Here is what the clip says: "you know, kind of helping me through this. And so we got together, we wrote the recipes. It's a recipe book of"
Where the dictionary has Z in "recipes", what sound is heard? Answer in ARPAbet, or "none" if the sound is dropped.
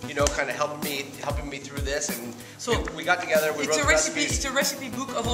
none